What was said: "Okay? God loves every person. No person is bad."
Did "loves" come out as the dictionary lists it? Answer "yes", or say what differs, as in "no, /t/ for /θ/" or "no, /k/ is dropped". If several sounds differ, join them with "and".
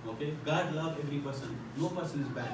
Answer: no, /z/ is dropped